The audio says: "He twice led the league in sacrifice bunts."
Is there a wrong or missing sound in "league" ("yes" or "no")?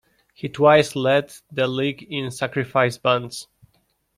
no